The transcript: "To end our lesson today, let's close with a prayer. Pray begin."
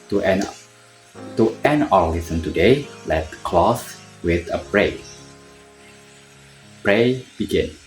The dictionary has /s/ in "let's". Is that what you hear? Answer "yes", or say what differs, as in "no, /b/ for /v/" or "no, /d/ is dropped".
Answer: no, /s/ is dropped